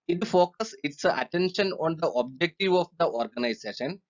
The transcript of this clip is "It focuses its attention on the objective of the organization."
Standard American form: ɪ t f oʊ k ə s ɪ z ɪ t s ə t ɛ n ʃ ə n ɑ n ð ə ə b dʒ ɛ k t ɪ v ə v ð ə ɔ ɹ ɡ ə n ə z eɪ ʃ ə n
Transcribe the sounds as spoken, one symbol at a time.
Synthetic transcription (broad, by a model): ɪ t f oʊ k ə s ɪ s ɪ t ə t ɛ n ʃ ə n ɑ n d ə ə b dʒ ɛ k t ɪ v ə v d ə ɔ ɹ ɡ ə n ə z eɪ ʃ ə n